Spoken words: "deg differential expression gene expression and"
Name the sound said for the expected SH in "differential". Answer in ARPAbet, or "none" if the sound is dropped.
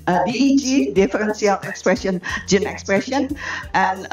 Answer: S